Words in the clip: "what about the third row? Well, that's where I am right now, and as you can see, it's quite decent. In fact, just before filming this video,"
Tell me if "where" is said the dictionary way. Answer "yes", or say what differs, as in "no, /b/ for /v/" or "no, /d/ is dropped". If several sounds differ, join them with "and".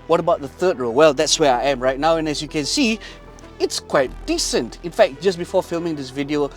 yes